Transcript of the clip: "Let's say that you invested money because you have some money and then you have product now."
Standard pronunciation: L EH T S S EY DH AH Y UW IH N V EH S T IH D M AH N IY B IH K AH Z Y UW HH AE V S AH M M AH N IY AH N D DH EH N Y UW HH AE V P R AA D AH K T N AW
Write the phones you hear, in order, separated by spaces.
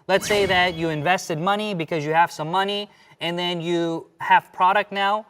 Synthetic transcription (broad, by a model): L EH T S S EY DH AH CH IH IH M V EH S T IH D M AH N IY B IH K AH Z Y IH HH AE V S AH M M AH N IY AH N DH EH N Y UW HH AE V P R AA D AH K T N AW